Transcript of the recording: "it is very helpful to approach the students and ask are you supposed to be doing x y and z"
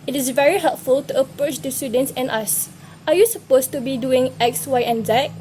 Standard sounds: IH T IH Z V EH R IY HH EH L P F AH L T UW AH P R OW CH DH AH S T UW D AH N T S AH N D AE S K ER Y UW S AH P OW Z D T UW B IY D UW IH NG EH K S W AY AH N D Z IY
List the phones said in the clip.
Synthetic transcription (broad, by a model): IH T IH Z V EH R IY HH EH L P F AH L T UW AH P R OW CH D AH S T UW D AH N T S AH N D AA S AA Y UW S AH P OW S T UW B IY D UW IH NG EH K S W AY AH N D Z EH